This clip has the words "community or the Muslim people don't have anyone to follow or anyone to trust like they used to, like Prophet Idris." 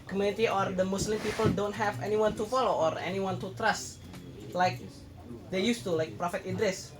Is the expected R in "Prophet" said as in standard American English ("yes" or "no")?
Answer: yes